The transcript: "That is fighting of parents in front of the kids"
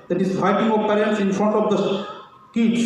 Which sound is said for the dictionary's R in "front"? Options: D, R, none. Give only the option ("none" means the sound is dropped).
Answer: R